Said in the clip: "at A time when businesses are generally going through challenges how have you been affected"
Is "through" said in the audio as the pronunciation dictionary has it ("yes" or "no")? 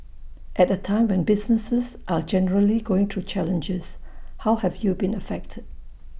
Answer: no